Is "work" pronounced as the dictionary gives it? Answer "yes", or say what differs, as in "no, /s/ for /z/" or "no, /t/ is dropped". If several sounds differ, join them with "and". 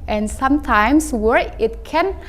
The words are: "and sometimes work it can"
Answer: no, /k/ is dropped